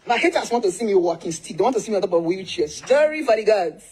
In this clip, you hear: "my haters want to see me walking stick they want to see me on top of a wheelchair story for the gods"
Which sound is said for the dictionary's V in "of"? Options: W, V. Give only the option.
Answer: W